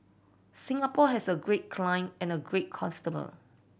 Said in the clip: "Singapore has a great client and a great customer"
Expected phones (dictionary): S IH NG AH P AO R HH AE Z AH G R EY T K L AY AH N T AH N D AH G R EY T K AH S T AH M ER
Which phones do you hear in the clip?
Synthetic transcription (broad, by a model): S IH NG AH P AO HH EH S AH G R EY T K L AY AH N AH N AH G R EY T K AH S T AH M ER